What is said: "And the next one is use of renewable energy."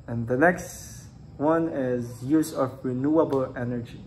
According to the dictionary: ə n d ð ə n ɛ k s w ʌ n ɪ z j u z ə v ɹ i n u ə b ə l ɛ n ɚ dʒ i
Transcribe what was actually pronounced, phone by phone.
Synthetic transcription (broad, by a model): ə n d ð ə n ɛ k s w ʌ n ɪ z j u z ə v ɹ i n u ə b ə l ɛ n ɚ dʒ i